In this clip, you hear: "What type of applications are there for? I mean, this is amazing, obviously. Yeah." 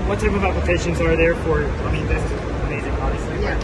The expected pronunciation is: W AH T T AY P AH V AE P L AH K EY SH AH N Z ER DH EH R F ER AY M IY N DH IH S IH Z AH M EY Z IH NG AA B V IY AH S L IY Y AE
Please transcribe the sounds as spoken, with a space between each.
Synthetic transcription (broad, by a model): W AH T T AY P AH V AE P L AH K EY SH AH N Z ER DH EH R F ER AY M IY N DH IH S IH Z AH M EY Z IH NG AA V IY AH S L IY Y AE